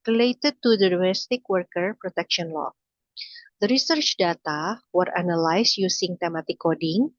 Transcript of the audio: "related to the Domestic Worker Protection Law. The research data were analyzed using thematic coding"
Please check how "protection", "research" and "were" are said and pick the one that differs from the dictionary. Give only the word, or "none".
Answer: none